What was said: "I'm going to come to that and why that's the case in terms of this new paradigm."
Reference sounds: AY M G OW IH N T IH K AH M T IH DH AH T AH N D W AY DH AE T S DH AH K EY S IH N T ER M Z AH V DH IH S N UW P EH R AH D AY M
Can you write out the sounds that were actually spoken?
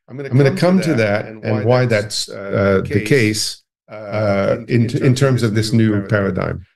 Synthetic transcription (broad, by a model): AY M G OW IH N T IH K AH M T IH DH AH T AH N W AY DH AE T S DH AH K EY S IH N T ER M Z AH V DH IH S N UW P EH R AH D AY M